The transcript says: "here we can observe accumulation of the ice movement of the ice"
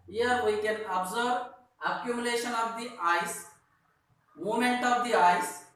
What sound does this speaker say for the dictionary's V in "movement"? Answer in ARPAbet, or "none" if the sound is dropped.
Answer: none